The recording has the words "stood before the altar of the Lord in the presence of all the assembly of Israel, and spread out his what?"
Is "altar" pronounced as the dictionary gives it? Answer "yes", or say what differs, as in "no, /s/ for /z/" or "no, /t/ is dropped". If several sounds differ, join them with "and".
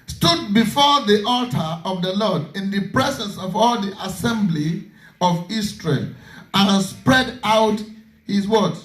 yes